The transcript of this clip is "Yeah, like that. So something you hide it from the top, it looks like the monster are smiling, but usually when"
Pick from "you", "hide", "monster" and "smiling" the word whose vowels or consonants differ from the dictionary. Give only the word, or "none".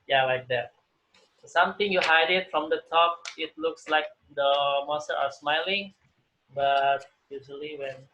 monster